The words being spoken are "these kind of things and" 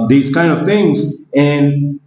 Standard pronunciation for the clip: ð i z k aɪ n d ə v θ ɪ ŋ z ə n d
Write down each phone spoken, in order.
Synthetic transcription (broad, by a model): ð i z k aɪ n d ə v θ ɪ ŋ z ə n